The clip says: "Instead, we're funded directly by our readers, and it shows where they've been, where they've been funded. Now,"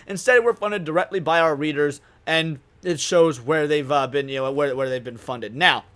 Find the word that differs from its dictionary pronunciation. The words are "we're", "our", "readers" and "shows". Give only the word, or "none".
none